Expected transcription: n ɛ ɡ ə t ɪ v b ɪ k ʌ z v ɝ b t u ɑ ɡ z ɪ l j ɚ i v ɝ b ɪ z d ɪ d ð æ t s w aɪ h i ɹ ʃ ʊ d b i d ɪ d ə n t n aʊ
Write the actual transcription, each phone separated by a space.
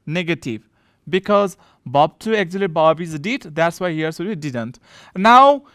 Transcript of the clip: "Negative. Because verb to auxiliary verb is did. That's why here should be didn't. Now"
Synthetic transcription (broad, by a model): n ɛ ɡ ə t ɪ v b ɪ k ʌ z b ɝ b t u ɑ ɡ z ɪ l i b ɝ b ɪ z d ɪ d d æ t s w aɪ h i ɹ s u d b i d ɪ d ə n t n aʊ